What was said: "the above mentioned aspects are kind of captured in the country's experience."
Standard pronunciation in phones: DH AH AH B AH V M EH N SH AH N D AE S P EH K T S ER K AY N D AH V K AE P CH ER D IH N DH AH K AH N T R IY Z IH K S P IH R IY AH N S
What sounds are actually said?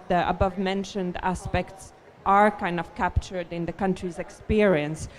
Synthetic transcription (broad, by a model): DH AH AH B AH V M EH N SH AH N D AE S P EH K T S ER K AY N D AH V K AE P CH ER D IH N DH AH K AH N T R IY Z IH K S P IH R IY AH N S